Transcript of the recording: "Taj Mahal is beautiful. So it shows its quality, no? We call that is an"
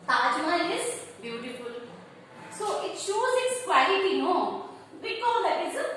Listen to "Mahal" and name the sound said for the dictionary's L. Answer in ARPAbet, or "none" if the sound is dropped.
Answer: N